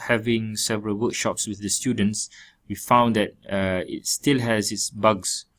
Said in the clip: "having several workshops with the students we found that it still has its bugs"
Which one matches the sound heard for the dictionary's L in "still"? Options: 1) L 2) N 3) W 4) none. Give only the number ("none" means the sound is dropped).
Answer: 1